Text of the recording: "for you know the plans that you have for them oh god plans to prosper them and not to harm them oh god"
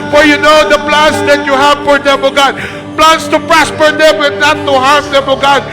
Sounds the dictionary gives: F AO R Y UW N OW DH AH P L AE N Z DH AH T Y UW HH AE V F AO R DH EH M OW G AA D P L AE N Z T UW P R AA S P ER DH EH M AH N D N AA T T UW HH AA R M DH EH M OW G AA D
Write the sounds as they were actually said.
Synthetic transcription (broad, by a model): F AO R Y UW N OW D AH P L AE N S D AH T Y UW HH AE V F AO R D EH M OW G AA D P L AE N S T UW P R AA S P ER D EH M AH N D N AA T T UW HH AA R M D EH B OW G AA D